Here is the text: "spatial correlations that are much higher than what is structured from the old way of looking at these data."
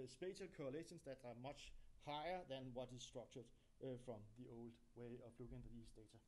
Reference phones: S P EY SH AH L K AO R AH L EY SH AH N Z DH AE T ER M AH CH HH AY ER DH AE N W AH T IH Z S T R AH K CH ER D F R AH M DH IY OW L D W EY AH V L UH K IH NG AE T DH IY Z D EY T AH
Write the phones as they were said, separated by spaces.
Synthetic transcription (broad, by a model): S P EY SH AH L K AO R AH L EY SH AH N S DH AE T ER M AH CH HH AY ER DH AE N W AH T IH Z S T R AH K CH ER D F R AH M DH IY OW L D W EY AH P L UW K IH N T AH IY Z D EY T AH